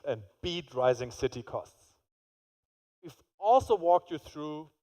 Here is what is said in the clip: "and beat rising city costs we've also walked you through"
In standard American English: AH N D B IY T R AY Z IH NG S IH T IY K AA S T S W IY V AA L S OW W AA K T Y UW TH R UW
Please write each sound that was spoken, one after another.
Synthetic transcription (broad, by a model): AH N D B IY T R AY Z IH NG S IH T IY K AA S T S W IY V AA L S OW W AA K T Y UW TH R UW